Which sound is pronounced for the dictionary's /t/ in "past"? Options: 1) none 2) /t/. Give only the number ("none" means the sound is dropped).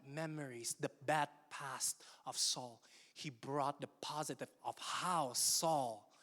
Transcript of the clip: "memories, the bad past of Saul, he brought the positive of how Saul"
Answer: 2